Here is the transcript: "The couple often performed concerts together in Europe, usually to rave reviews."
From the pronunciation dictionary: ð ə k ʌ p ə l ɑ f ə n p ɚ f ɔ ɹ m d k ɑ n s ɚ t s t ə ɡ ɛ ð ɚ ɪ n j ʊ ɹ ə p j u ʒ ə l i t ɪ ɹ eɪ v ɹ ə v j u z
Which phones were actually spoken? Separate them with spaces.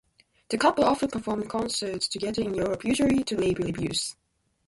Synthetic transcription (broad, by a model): ð ə k ʌ p ə l ɑ f ə n p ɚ f ɔ ɹ m k ɑ n s ɚ t s t ə ɡ ɛ ð ɚ ɪ n j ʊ ɹ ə p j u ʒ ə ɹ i t ɪ l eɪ b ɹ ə b j u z